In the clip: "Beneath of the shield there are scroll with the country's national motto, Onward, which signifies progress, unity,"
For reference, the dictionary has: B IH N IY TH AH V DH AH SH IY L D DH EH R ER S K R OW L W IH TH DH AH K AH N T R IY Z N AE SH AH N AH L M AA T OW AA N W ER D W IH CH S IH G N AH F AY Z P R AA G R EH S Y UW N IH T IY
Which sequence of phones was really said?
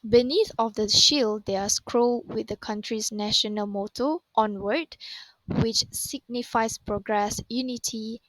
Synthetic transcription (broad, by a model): B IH N IY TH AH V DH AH SH IY L D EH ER S K R OW L W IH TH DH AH K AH N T R IY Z N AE SH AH N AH L M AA T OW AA N W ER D W IH CH S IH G N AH F AY S P R AA G R EH S Y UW N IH T IY